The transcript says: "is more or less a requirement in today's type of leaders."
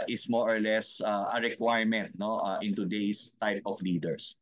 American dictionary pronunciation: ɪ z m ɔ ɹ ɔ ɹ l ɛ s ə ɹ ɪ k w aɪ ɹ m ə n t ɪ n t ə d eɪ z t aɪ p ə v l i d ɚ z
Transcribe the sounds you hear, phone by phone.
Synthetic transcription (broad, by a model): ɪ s m ɔ ɹ ɔ ɹ l ɛ s ə ɹ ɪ k w aɪ ɹ m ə n t ɪ n t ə d eɪ s t aɪ p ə f l i d ɚ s